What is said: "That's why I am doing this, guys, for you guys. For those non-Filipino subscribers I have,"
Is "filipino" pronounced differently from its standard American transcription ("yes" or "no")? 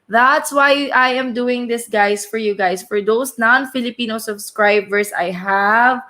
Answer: no